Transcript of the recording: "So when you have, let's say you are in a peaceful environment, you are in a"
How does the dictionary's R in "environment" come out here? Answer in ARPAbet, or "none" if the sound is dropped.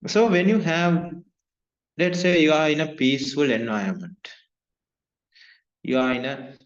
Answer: none